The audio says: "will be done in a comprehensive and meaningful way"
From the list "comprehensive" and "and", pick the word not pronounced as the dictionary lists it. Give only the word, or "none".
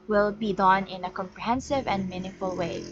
none